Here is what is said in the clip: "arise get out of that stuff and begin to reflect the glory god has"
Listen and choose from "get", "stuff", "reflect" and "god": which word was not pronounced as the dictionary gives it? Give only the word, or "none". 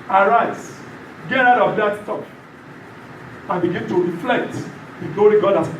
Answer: stuff